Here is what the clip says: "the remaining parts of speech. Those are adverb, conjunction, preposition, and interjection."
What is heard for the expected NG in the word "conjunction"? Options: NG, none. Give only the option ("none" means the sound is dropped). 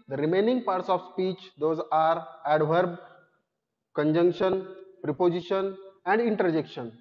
NG